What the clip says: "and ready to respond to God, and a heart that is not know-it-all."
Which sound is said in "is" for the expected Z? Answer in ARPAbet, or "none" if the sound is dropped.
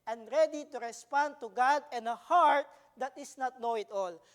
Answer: S